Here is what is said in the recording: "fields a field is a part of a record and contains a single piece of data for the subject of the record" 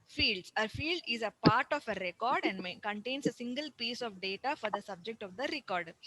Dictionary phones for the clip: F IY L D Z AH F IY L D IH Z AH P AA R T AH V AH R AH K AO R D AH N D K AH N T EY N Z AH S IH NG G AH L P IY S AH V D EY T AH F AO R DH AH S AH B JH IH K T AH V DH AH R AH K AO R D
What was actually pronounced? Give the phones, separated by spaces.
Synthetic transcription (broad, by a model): F IY L D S AH F IY L D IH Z AH P AA R T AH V AH R AH K AO R D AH N D K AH N T EY N S AH S IH NG G AH L P IY S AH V D EY T AH F AO R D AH S AH B JH IH K T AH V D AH R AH K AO R D